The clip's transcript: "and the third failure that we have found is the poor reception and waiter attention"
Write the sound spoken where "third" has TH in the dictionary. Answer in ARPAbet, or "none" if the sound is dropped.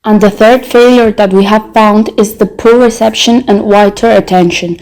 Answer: TH